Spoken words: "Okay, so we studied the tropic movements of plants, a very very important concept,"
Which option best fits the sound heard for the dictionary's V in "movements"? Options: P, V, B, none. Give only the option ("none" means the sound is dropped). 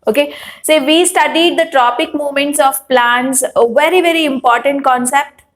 none